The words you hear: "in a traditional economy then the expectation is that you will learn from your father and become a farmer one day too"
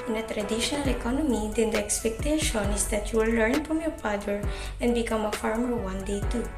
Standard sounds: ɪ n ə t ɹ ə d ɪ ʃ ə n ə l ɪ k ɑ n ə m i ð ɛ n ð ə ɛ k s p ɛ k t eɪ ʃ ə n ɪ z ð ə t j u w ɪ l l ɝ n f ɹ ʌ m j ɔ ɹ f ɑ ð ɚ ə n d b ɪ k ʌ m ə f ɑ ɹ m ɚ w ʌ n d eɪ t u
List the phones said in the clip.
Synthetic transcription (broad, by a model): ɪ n ə t ɹ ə d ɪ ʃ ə n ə l ɪ k ɑ n ə m i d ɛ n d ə ɛ k s p ɛ k t eɪ ʃ ə n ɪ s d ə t j u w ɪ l l ɝ n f ɹ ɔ m j ɔ ɹ p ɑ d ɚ ə n d b ɪ k ʌ m ə f ɑ ɹ m ɚ w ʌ n d eɪ t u